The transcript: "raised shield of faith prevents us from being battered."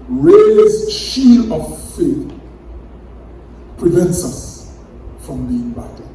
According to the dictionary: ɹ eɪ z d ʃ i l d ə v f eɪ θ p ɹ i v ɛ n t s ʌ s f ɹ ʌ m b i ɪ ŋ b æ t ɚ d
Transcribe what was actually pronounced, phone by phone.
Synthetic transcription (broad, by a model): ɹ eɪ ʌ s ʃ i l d ə v f eɪ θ p ɹ i v ɛ n t s ʌ s f ɹ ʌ m b i ɪ ŋ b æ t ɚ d